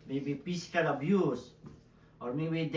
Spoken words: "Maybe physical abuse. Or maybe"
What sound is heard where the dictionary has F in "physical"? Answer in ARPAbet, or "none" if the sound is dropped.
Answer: P